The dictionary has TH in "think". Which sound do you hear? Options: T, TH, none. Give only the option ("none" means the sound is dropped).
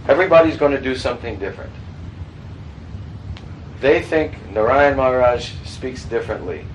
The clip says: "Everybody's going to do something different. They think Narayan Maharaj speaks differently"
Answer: TH